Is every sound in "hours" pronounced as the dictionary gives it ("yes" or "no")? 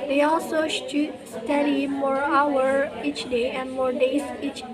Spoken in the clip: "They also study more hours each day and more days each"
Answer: no